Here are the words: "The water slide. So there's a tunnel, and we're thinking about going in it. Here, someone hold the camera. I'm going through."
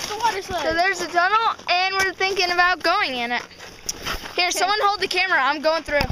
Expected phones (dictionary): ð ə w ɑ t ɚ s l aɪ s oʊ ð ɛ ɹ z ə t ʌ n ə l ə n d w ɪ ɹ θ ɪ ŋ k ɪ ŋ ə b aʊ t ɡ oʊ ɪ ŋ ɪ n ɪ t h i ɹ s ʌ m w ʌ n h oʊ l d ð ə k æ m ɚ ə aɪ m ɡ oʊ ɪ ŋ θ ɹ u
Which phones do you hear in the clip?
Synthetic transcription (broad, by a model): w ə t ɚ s s oʊ ð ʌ ɹ z ə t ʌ n l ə n w ɪ ɹ θ ɪ ŋ k ɪ ŋ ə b aʊ t ɡ oʊ ɪ ŋ ɪ n ɪ t h i ɹ s ʌ m w ʌ n h oʊ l d ð ə k æ m ɚ ə aɪ m ɡ oʊ ɪ ŋ θ ɹ u